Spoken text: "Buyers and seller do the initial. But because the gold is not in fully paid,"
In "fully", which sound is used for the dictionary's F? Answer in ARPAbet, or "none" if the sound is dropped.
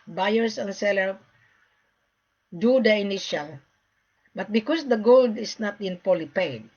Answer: P